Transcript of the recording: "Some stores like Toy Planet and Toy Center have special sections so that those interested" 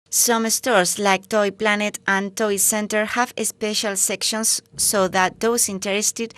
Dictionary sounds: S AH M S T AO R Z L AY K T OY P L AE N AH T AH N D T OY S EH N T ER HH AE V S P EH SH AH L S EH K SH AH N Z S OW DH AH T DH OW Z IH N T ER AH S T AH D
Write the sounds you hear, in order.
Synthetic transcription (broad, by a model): S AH M S T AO R S L AY K T OY P L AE N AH T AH N T OY S EH N T ER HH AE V S P EH SH AH L S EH K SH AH N S OW DH AH T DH OW S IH N T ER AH S T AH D